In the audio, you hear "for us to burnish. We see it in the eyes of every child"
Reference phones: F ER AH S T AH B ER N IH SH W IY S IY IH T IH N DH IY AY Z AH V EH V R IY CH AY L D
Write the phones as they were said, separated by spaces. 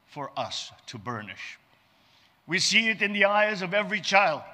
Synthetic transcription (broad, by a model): F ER AH S T AH B ER N IH SH W IY S IY IH T IH N DH IY AY Z AH V EH V R IY CH AY L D